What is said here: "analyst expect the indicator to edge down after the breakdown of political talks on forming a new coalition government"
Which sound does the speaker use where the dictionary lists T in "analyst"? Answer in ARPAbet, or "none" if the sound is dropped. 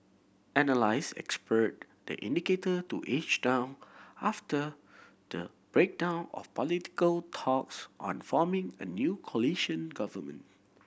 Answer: none